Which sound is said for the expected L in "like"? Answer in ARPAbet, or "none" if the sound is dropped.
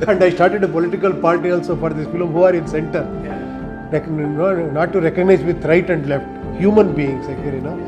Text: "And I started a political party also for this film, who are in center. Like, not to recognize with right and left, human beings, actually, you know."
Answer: N